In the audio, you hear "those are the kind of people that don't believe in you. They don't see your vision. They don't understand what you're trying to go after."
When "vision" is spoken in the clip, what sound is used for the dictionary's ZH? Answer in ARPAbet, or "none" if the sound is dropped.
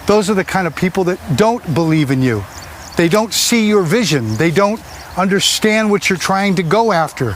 ZH